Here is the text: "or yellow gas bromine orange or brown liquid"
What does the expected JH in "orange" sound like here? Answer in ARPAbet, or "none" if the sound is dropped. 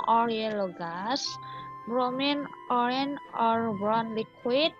none